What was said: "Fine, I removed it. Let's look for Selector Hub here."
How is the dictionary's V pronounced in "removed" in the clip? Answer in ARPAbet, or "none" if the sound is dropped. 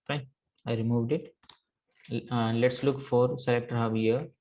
V